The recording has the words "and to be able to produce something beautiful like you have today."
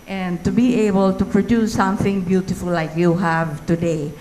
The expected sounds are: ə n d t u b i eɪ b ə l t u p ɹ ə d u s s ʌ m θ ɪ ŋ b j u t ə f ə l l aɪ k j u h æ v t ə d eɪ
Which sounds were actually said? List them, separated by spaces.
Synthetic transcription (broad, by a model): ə n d t u b i eɪ b ə l t u p ɹ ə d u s s ʌ m θ ɪ ŋ b j u t ə f ə l l aɪ k j u h æ v t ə d eɪ